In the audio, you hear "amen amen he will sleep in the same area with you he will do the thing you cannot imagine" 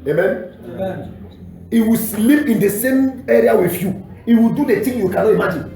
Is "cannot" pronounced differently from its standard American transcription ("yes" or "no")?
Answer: yes